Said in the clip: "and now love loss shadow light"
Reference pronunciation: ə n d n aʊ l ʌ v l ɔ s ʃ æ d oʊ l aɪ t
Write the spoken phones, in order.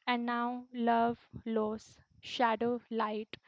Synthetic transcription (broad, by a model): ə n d n aʊ l ʌ v l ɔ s ʃ æ d oʊ l aɪ t